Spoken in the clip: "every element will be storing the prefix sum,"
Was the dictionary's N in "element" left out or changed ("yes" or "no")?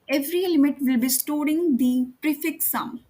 yes